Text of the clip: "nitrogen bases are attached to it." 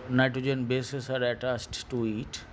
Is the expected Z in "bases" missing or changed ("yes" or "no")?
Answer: yes